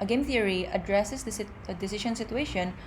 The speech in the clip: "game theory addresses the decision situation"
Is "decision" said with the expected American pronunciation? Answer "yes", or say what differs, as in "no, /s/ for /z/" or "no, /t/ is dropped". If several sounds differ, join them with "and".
no, /ʃ/ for /ʒ/